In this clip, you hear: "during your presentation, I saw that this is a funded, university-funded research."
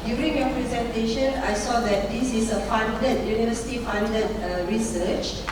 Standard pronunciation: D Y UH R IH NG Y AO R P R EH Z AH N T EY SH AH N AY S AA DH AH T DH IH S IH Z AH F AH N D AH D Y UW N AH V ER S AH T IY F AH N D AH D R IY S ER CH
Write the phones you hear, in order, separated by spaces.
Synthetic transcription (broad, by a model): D Y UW R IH NG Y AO P R EH Z AH N T EY SH AH N AY S AA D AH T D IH S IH S AH F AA N D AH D Y UW N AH V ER S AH T IY F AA N D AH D R IY S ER CH